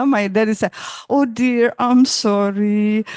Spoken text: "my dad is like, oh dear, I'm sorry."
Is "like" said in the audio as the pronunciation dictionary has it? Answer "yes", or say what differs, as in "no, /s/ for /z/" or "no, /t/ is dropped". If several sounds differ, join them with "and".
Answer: no, /k/ is dropped